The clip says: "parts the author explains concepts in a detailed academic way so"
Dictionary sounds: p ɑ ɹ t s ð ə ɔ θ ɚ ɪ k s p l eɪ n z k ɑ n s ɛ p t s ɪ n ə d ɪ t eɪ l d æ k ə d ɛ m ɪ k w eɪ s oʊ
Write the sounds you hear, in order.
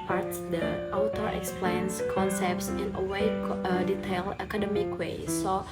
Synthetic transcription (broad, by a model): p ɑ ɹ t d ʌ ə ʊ t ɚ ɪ k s p l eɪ n s k ɑ n s ɛ p t s ɪ n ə d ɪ t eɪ l ʌ k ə d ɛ m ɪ k w eɪ s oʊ